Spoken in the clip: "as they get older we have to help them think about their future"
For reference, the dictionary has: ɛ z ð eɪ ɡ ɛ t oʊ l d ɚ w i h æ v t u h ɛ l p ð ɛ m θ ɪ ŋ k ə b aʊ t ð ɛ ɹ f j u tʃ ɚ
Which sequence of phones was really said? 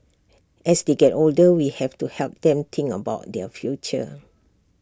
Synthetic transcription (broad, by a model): ɛ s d eɪ ɡ ɛ t oʊ l d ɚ w i h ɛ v t u h ɛ l p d ɛ m t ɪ ŋ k ə b aʊ t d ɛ f j u tʃ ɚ